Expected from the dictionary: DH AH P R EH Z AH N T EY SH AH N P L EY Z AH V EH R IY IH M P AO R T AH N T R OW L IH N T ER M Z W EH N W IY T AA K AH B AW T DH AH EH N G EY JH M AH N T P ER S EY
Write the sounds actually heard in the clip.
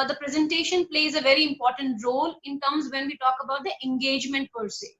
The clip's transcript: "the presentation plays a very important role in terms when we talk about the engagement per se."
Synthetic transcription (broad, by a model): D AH P R EH Z AH N T EY SH AH N P L EY Z AH V EH R IY IH M P AO R T AH N T R OW L IH N T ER M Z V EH N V IY T AA K AH B AW T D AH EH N G EY JH M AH N T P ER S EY